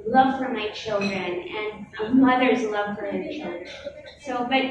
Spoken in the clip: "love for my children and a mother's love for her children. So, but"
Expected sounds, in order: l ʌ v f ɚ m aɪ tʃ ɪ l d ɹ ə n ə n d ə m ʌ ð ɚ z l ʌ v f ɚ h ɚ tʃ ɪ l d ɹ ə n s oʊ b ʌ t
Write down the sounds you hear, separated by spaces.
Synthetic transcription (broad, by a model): l ʌ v f ɚ m aɪ tʃ ɪ l d ɹ ə n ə n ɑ ə m ʌ ð ɚ z l ʌ v f ɚ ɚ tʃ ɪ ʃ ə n s oʊ b ʌ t